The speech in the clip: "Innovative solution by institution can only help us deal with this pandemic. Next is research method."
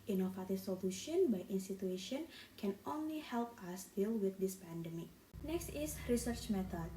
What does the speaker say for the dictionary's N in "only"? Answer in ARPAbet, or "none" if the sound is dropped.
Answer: N